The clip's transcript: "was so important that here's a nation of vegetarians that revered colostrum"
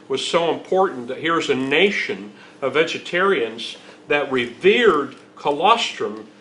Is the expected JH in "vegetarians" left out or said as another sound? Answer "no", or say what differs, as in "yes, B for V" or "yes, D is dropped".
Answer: no